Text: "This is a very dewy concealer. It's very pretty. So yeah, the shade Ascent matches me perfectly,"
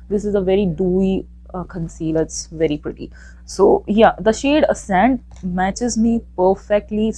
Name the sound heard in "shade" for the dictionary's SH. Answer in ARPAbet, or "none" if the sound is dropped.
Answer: SH